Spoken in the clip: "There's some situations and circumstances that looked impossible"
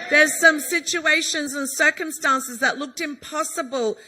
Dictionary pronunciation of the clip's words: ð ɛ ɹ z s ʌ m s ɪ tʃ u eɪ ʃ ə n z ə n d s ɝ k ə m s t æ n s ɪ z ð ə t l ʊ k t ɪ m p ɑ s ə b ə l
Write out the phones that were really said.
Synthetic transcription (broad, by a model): ð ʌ ɹ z s ʌ m s ɪ tʃ u eɪ ʃ ə n z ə n s ɝ k ə m s t æ n s ɪ z ð ə t l ʊ k t ɪ m p ɑ s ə b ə l